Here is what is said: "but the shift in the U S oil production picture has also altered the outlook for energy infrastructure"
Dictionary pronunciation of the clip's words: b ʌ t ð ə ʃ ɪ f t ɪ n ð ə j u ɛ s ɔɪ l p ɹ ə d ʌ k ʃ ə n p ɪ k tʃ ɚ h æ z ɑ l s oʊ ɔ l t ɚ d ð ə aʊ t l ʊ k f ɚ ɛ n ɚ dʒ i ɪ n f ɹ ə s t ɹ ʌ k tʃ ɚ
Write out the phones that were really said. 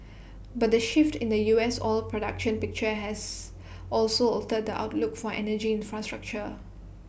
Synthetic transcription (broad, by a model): b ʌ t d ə ʃ ɪ f t ɪ n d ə j u ɛ s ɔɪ l p ɹ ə d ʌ k ʃ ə n p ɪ k tʃ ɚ h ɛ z ɑ l s oʊ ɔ t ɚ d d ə aʊ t l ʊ k f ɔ ɛ n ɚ dʒ i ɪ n f ɹ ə s t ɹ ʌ k tʃ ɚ